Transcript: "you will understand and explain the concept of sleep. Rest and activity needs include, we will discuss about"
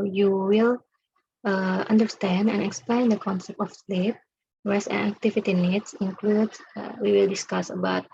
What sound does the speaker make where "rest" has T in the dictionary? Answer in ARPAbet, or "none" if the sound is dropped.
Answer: none